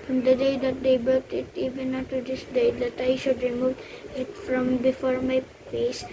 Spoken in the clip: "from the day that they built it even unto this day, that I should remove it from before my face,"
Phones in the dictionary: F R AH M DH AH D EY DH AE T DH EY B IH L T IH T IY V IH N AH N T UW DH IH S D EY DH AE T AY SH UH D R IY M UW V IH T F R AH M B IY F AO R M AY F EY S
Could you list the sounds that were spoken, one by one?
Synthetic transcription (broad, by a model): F R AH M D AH D EY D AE T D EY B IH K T IH T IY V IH N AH T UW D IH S D EY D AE T AY SH UH D R IY M UW V IH T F R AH M B IY F AO R M AY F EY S